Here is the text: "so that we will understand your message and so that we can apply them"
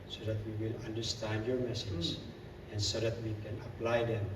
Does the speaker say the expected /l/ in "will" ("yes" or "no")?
yes